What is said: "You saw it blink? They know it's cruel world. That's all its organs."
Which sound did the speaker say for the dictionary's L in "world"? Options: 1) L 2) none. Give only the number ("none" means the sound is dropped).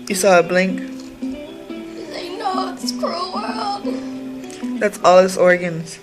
2